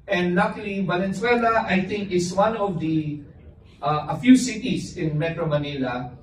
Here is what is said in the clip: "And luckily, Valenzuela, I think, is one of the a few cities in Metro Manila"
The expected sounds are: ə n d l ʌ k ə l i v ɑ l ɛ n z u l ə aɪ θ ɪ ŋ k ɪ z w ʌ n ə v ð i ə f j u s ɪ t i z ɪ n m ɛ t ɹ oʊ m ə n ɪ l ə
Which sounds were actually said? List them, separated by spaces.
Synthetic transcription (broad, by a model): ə n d l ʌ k l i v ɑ l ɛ n s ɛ l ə aɪ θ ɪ ŋ k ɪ s w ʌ n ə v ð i ə f j u s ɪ t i s ɪ n m ɛ t ɹ oʊ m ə n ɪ l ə